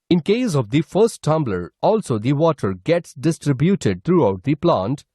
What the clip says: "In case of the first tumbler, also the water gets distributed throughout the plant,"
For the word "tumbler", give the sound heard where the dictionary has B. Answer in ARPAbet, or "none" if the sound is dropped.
B